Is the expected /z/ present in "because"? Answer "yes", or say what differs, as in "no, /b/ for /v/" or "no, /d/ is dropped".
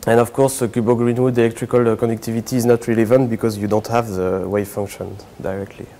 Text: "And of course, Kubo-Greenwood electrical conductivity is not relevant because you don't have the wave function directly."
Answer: yes